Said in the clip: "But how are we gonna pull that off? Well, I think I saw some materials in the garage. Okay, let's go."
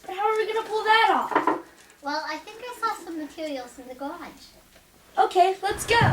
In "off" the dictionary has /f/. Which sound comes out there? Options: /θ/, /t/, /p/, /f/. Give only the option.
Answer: /p/